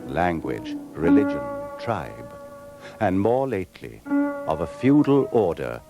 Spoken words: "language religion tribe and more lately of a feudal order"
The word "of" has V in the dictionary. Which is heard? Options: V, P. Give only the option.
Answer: V